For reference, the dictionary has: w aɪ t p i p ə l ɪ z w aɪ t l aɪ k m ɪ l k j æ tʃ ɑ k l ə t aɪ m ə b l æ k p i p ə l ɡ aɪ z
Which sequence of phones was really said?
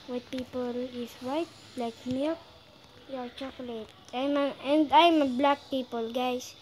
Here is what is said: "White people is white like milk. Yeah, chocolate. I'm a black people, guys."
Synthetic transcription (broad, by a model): w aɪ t p i p ə l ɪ s w aɪ t l aɪ k m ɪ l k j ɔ tʃ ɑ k l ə t aɪ m ə b l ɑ k p i p ə l ɡ aɪ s